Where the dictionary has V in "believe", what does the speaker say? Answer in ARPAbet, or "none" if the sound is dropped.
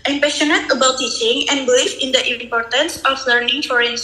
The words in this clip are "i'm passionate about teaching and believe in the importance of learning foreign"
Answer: F